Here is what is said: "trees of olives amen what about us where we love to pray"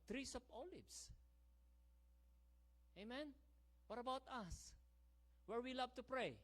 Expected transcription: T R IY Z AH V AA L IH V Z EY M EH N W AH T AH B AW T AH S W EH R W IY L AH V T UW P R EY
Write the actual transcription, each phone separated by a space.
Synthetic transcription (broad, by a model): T R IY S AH P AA L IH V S EY M EH N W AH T AH B AW T AH S W EH R W IY L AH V T UW P R EY